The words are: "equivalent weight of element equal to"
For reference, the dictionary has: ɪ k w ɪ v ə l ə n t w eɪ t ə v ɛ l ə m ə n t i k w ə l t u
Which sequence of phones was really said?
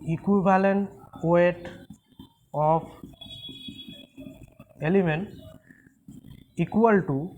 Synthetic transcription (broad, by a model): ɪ k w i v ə l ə n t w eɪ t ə p ɛ l ə m ə n t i k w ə l t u